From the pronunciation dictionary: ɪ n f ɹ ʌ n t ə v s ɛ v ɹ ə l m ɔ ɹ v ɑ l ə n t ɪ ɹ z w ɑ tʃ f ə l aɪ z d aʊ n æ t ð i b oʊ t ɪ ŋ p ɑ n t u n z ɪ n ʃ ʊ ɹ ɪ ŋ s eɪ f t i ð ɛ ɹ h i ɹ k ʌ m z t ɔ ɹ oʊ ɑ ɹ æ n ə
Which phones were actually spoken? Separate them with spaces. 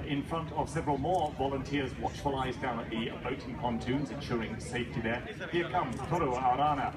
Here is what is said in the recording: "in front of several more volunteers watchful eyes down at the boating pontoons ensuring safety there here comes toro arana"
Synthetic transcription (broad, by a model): ɪ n f ɹ ʌ n t ə v s ɛ v ɹ ə l m ɔ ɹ v ɑ l ə n t ɪ ɹ z w ɑ tʃ f ə l aɪ z d aʊ n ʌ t ð i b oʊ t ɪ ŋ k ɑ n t u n z ɪ n ʃ ʊ ɹ ɪ ŋ s eɪ f t i ð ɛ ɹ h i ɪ k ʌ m t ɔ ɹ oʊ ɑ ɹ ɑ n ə